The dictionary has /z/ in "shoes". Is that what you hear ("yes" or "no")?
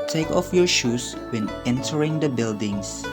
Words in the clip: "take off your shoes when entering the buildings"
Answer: no